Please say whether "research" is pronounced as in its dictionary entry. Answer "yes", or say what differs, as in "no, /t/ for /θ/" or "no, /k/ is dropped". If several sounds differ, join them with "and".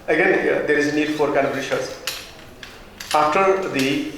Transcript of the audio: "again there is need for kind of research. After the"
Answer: no, /ʃ/ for /s/ and /s/ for /tʃ/